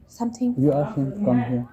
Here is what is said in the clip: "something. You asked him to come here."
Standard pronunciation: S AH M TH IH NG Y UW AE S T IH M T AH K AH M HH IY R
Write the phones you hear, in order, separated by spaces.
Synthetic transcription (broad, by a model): S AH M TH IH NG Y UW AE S IH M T K AH M HH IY